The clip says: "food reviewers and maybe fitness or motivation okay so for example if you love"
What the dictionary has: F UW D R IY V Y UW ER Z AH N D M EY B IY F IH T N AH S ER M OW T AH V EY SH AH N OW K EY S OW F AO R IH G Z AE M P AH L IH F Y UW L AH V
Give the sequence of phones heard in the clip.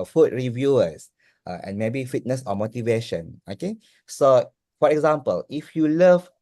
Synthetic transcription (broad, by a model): F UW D R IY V Y UW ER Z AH N M EY B IY F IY T N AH S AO M OW T AH V EY SH AH N OW K EY S OW F AO R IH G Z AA M P AH L IH F Y UW L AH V